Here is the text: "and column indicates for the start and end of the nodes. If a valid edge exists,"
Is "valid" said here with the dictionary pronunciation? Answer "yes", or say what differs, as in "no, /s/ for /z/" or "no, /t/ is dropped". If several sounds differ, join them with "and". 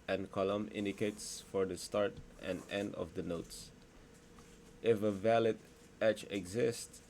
yes